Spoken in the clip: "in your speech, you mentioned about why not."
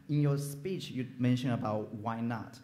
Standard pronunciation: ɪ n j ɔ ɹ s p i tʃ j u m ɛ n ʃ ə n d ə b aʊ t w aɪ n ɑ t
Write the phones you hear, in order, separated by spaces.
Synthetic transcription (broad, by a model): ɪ n j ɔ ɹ s p i tʃ j u m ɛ n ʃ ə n ə b aʊ t w aɪ n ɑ t